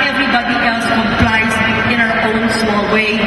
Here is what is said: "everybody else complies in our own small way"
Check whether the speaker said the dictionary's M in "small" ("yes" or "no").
no